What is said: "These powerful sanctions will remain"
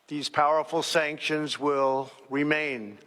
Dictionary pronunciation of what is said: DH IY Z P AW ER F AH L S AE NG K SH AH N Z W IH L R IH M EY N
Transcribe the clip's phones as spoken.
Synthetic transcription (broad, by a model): DH IY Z P AW ER F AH L S AE NG K SH AH N Z W IH L R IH M EY N